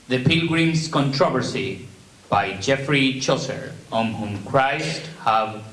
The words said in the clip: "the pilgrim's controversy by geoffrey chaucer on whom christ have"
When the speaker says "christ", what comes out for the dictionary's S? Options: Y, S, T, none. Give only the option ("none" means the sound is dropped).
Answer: S